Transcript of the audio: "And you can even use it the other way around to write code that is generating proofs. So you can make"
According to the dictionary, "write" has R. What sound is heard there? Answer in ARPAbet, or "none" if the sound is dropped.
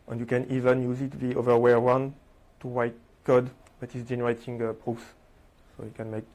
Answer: W